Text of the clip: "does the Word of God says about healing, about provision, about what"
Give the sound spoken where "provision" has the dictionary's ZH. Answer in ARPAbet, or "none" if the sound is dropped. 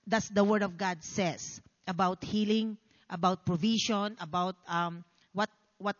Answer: SH